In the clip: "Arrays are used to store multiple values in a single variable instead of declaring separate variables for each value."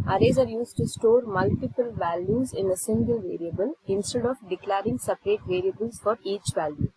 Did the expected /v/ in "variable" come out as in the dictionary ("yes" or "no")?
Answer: yes